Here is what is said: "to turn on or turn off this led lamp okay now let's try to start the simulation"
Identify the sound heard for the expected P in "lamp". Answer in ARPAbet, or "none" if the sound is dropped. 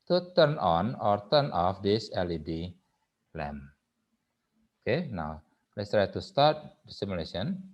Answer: none